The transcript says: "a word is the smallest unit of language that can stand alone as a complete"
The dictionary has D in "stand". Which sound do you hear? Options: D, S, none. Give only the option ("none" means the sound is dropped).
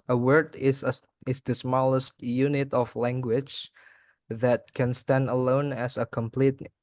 D